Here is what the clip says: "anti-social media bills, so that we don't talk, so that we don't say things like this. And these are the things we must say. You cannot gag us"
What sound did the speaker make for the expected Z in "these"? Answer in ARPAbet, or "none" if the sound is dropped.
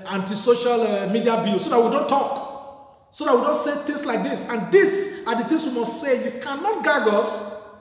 S